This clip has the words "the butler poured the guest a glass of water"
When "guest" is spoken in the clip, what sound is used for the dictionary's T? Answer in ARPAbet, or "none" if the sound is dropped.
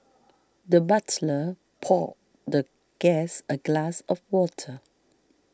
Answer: none